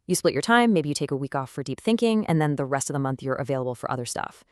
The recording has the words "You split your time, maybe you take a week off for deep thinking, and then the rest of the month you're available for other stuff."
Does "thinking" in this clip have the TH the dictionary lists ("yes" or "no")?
yes